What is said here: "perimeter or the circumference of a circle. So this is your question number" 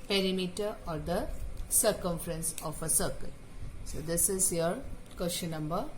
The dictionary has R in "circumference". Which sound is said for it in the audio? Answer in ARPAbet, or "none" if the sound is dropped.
R